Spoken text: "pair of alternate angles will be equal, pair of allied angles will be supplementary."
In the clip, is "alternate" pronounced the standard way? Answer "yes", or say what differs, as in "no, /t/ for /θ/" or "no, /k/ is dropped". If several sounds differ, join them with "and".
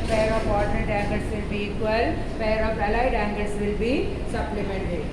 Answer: no, /l/ is dropped